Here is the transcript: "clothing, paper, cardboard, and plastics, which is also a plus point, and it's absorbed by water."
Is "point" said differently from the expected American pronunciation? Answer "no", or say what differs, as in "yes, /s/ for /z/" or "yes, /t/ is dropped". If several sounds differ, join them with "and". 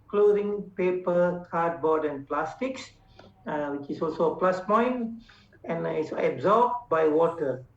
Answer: yes, /t/ is dropped